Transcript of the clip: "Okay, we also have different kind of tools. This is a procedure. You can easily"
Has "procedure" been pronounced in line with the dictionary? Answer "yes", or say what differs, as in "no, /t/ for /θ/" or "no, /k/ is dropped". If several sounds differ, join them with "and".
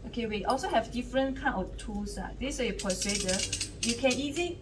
no, /ɹ/ is dropped